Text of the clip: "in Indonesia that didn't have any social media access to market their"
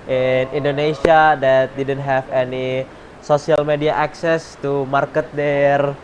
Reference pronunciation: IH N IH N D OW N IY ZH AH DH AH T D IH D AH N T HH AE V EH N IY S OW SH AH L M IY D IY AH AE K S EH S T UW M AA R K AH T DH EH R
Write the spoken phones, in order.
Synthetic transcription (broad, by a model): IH N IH N D OW N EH S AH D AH T D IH D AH N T HH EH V EH N IY S OW S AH L M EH D IY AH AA K S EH S T UW M AA R K AH T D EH R